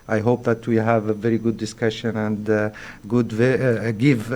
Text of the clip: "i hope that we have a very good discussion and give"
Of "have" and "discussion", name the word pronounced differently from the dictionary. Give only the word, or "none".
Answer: none